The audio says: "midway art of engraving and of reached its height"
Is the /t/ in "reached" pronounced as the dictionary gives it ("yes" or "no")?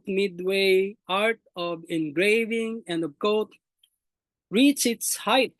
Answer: no